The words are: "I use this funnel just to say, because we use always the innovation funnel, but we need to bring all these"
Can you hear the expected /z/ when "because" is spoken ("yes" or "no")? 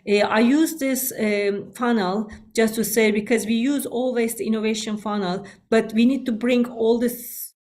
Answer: yes